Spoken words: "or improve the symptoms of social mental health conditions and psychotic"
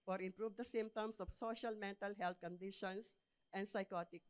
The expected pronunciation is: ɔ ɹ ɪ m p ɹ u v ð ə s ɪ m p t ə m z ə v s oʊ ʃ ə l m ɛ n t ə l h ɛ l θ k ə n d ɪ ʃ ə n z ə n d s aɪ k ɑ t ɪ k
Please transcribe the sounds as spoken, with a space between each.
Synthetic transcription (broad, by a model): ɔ ɹ ɪ m p ɹ u v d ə s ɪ m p t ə m s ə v s oʊ ʃ ə l m ɛ n t ə l h ɛ l t k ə n d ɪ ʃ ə n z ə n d s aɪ k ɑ t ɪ k